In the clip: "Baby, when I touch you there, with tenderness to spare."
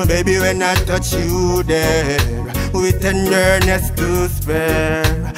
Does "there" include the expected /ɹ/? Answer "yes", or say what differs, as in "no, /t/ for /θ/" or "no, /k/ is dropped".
no, /w/ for /ɹ/